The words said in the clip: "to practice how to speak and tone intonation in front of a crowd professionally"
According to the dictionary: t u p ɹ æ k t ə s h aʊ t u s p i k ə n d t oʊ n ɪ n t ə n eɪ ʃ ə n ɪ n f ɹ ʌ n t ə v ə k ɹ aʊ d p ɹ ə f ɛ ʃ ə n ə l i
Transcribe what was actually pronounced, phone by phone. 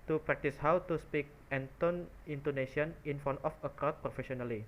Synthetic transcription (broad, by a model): t u p ɹ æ k t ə s h aʊ t u s p i k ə n t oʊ n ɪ n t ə n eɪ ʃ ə n ɪ n f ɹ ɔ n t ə f ə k aʊ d p ɹ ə f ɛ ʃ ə n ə l i